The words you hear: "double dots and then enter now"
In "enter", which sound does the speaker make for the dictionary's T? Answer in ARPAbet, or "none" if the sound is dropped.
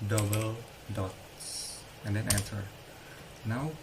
S